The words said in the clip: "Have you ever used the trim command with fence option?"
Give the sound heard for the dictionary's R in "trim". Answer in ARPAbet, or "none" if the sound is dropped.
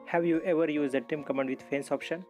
none